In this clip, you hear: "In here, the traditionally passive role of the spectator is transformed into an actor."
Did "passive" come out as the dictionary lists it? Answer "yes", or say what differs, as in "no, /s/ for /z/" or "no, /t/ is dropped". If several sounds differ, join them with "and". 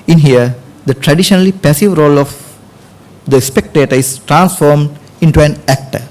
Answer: yes